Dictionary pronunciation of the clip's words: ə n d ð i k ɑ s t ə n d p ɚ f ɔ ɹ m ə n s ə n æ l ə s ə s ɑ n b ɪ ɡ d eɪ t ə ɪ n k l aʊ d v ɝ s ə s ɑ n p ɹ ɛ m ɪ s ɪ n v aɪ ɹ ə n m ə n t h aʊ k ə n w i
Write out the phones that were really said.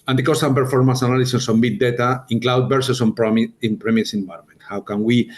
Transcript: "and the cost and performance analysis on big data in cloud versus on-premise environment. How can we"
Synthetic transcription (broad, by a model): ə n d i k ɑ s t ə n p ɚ f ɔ ɹ m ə n s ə n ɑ l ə s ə s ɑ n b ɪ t d eɪ t ə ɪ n k l aʊ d b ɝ s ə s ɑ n p ɹ ɛ m ɪ s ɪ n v aɪ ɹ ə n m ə n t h aʊ k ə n w i